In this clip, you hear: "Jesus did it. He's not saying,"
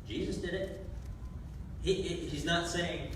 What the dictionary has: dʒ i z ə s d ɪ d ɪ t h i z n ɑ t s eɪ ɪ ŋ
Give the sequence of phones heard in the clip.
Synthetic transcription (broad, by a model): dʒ i z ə s d ɪ d ɪ t h i z n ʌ t s eɪ ɪ ŋ